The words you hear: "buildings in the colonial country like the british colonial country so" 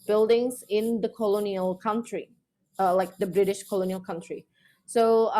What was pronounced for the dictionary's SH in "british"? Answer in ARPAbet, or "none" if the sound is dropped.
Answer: SH